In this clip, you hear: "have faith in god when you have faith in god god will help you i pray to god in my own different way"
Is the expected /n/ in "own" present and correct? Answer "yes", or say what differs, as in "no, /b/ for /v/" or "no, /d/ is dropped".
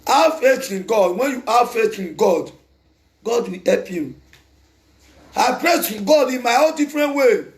no, /l/ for /n/